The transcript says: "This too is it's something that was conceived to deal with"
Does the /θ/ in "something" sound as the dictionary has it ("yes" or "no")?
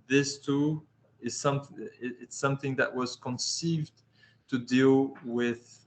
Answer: yes